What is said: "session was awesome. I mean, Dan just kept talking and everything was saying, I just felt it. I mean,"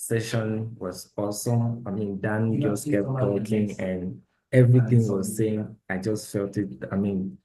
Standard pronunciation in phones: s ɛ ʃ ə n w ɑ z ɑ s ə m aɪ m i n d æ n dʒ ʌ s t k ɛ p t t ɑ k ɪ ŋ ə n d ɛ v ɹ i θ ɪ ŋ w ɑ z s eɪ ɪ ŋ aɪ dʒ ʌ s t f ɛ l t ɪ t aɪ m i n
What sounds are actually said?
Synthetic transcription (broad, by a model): s ɛ ʃ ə n w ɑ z ɑ s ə aɪ m i n d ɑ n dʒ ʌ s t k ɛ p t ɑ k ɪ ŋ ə n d ɛ v ɹ i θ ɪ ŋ w ɑ z s eɪ ɪ ŋ aɪ dʒ ʌ s t f ɛ l t ɪ t aɪ m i n